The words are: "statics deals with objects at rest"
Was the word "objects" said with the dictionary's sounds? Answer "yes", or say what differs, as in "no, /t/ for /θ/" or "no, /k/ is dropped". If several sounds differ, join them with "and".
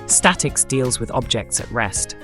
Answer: yes